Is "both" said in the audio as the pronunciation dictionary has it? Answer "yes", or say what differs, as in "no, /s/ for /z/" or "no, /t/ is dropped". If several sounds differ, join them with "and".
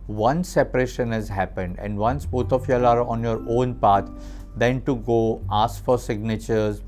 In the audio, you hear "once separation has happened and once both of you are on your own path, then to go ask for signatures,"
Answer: no, /t/ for /θ/